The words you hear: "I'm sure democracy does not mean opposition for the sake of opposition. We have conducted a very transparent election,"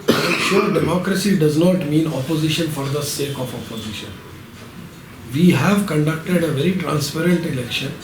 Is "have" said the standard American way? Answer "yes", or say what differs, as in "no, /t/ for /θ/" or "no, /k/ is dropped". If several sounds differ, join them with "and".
yes